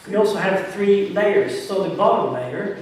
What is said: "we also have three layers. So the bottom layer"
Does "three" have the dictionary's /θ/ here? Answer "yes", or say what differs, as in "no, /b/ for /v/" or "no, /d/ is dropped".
yes